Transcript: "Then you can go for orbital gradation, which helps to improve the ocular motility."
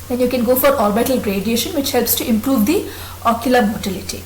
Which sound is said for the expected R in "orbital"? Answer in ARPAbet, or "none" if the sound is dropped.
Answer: L